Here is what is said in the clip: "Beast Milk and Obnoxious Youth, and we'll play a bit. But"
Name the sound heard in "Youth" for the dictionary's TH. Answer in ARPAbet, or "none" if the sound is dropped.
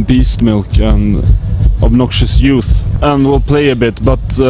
TH